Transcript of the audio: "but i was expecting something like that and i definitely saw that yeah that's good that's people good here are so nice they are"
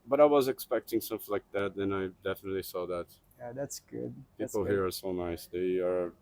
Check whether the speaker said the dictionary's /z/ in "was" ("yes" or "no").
yes